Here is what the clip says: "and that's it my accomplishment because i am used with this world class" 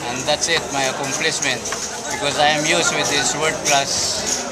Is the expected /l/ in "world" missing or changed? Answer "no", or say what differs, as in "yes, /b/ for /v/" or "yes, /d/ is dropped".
yes, /l/ is dropped